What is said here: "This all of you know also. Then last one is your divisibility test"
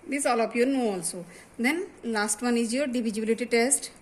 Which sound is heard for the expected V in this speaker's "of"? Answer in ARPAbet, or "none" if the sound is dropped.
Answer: P